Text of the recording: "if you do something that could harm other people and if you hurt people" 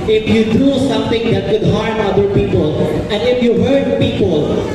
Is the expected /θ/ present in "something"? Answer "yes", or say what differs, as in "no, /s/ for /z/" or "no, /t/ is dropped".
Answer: no, /t/ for /θ/